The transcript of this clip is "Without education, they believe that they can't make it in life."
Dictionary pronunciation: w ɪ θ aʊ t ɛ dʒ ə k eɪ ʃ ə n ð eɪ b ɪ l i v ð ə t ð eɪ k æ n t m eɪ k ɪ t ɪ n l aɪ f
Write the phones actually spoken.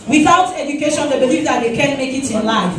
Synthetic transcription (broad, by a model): w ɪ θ aʊ t ɛ dʒ ə k eɪ ʃ ə n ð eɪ b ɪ l i f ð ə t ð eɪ k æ n m eɪ k ɪ t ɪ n l aɪ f